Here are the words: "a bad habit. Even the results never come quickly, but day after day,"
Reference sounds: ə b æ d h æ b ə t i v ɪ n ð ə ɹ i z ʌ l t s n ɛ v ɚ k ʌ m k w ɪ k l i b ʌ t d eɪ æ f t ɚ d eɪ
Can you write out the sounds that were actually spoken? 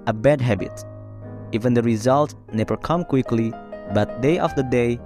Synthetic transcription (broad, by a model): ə b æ d h æ b ə t i v ɪ n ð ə ɹ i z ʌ l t n ɛ v ɚ k ʌ m k w ɪ k l i b ʌ t d eɪ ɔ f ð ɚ d eɪ